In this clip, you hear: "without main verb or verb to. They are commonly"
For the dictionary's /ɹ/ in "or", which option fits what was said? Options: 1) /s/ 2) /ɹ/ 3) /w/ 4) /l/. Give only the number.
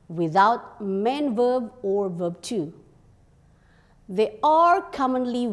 2